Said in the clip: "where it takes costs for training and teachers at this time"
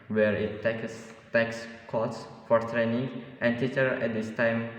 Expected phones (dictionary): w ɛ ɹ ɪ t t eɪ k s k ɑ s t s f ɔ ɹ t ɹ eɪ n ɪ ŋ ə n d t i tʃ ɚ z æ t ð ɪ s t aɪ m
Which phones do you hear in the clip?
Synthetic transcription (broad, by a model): w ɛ ɹ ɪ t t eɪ k s k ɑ t s f ɔ ɹ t ɹ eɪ n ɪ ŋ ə n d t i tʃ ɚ ɛ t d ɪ s t aɪ m